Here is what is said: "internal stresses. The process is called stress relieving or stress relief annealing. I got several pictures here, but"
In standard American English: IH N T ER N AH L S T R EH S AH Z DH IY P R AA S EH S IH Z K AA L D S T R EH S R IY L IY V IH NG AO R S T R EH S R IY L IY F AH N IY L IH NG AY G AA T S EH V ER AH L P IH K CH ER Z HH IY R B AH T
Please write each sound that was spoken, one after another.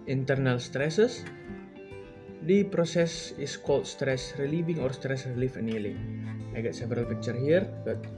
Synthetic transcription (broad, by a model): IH N T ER N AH L S T R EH S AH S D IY P R AA S EH S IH S K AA L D S T R EH S R IY L IY V IH NG AO R S T R EH S R IY L IY F AH N IY L IH NG AY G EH T S EH V ER AH L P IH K CH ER HH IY R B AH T